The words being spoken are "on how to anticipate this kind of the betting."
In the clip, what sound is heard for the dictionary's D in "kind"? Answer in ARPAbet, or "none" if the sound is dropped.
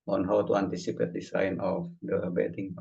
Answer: none